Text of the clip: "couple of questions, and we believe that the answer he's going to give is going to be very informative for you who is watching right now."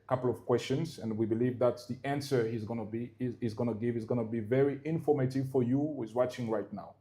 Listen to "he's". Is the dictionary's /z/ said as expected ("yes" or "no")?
yes